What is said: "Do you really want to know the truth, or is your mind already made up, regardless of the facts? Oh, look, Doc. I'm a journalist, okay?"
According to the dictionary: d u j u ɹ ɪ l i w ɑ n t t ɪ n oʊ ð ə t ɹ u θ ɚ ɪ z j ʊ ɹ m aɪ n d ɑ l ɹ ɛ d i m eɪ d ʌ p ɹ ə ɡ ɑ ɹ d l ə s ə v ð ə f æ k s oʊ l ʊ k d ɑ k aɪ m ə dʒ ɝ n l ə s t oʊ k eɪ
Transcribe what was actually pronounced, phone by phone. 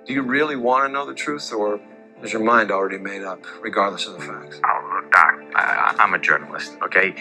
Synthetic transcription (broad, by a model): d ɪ j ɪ ɹ ɪ l i w ɑ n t t ɪ n oʊ ð ə t ɹ u θ ɚ ɪ z j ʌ ɹ m aɪ n d l ɹ ɛ d i m eɪ d ʌ p ɹ ə ɡ ɑ ɹ d l ə s ə v ð ə f æ k s oʊ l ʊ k d ɑ k aɪ m ə dʒ ɝ n l ə s t oʊ k eɪ